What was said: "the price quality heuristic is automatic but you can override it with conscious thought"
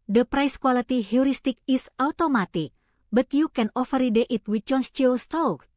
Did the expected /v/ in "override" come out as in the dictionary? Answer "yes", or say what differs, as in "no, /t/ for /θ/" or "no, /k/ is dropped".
no, /f/ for /v/